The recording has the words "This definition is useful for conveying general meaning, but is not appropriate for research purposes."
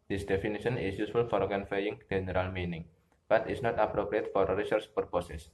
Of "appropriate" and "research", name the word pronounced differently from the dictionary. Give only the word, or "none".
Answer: research